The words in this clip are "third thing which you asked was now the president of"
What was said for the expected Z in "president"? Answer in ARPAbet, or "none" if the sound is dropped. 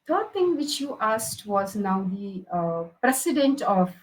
S